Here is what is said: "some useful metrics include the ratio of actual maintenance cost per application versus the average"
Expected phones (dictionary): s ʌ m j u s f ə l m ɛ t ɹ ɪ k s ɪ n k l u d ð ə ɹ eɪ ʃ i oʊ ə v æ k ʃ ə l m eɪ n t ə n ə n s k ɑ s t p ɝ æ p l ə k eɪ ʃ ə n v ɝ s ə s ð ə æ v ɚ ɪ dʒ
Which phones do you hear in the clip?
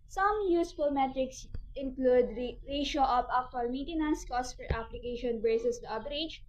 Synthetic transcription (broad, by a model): s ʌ m j u s f ə l m ɛ t ɹ ɪ k s ɪ n k l u d ɹ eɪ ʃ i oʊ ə p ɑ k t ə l m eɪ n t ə n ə n s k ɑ s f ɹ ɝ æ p l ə k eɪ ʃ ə n b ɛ s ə s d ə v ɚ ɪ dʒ